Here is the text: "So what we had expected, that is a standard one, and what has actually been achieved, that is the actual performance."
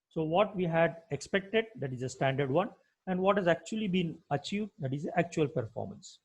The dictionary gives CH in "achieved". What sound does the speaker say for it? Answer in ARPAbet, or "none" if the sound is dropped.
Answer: CH